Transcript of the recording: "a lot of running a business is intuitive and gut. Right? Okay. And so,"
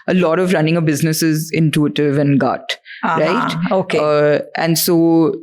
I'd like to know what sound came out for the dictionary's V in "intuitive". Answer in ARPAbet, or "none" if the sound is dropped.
V